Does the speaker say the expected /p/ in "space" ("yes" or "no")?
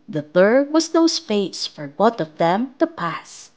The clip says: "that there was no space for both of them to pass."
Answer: no